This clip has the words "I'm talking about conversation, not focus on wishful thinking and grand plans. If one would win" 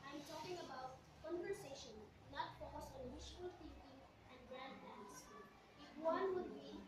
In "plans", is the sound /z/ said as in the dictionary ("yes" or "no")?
no